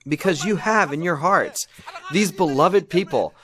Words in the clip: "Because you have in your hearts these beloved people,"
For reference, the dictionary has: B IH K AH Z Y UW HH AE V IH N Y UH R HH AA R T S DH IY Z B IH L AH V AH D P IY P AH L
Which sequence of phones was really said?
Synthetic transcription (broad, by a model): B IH K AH Z Y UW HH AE V IH N Y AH R HH AA R T S DH IY Z B IH L AH V AH D P IY P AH L